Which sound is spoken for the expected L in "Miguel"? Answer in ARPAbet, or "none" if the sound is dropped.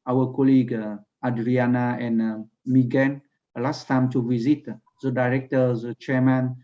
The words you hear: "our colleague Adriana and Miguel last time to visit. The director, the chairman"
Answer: N